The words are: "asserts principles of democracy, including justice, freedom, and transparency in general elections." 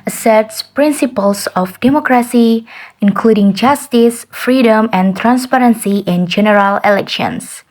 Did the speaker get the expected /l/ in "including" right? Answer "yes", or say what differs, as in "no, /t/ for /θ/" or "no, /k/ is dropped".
yes